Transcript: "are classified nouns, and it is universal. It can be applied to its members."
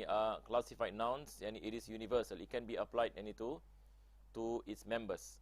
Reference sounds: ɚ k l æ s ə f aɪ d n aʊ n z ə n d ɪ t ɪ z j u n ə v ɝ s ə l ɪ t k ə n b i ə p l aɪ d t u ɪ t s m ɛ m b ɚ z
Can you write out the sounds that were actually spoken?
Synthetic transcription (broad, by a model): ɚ k l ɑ s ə f aɪ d n aʊ n s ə n ɪ t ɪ s j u n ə v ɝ s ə l ɪ t k ə n b i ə p l aɪ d t u ɪ t s m ɛ m b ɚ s